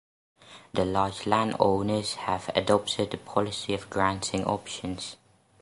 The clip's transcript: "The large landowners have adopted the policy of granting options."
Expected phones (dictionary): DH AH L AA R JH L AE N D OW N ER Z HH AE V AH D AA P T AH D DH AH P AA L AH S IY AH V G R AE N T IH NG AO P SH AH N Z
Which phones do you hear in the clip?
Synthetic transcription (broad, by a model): DH AH L AA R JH L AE N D OW N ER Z HH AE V AH D AA P T AH D DH AH P AA L AH S IY AH V G R AE N T IH NG AO P SH AH N Z